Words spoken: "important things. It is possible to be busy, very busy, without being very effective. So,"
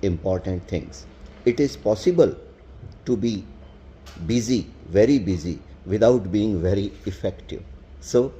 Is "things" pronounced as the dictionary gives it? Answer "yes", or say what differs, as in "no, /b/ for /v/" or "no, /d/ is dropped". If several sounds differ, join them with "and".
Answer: no, /t/ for /θ/